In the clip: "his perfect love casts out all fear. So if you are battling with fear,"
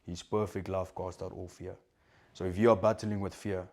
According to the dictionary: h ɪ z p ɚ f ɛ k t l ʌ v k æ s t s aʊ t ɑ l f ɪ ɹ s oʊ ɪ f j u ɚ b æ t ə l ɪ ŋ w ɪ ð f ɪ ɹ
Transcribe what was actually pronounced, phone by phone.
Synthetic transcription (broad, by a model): h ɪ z p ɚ f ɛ k t l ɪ f k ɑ s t aʊ t ɑ l f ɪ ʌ s oʊ ɪ f j u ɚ b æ t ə l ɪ ŋ w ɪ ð f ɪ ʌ